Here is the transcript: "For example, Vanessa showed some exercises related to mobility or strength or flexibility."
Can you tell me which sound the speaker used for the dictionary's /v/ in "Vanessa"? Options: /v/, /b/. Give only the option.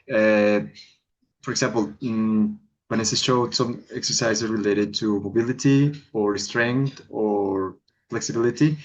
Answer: /b/